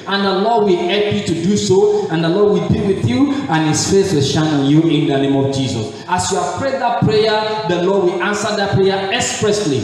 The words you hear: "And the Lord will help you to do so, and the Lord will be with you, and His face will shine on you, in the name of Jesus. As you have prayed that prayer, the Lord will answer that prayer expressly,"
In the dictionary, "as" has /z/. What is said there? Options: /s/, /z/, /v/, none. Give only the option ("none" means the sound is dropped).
/s/